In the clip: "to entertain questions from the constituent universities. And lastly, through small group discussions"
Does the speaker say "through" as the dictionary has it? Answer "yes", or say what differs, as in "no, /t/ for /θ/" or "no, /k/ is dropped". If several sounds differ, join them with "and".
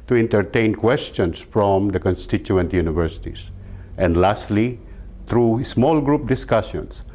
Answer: no, /t/ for /θ/